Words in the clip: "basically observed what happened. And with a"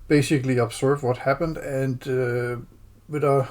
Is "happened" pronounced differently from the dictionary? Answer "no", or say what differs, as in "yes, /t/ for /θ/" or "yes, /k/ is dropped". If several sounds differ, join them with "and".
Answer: no